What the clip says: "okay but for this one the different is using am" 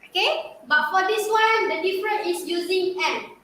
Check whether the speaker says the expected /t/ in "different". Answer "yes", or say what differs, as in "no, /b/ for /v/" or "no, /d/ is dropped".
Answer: no, /t/ is dropped